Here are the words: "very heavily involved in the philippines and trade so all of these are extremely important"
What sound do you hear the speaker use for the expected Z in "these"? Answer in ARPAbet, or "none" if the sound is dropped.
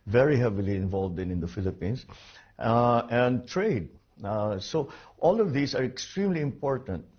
S